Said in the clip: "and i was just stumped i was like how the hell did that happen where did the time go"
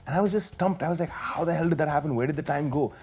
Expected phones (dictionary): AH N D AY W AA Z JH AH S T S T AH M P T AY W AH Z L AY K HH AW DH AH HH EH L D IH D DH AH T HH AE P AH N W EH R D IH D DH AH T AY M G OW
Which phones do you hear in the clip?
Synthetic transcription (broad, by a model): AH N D AY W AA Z JH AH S S T AH M P T AY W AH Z L AY K HH AW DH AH HH EH L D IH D DH AH T HH AE P AH N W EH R D IH D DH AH T AY M G OW